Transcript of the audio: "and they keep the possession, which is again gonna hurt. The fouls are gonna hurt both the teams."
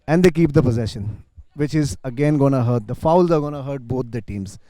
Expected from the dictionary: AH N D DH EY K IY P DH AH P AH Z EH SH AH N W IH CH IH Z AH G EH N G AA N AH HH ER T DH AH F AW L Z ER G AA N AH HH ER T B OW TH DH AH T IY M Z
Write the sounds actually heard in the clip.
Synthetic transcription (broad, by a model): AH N D EY K IY P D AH P AH Z EH SH AH N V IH CH IH Z AH G EH N G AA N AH HH ER T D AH F AW L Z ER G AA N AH HH ER T B OW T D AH T IY M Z